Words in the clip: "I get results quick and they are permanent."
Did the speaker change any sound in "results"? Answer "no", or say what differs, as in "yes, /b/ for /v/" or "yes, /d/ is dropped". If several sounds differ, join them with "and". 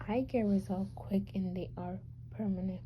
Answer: yes, /s/ is dropped